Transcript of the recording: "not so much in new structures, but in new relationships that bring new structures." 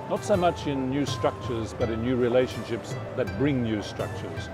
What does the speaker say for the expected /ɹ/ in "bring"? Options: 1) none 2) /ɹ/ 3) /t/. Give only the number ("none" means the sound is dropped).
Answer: 2